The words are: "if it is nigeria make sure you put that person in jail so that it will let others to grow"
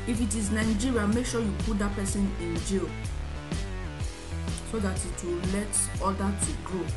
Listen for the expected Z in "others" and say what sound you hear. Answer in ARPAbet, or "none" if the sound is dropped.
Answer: none